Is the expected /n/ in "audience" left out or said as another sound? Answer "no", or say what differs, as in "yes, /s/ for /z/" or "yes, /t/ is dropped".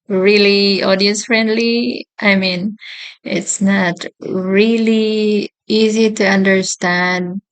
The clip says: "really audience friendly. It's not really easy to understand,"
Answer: yes, /n/ is dropped